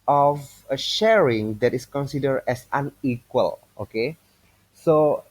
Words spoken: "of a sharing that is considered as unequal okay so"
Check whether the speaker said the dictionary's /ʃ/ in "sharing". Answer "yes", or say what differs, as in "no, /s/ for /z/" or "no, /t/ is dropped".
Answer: yes